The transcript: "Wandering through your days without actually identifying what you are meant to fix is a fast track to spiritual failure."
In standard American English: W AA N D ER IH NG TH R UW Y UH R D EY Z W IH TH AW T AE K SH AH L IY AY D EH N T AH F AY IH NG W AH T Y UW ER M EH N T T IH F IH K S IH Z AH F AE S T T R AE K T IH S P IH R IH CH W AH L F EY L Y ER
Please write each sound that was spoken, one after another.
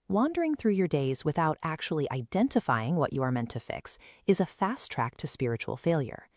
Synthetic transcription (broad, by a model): W AA N D ER IH NG TH R UW Y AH R D EY Z W IH TH AW T AE K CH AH L IY AY D EH N T AH F AY IH NG W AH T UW ER M EH N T T IH F IH K S IH Z AH F AE S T T R AE K T IH S P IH R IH CH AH L F EY L Y ER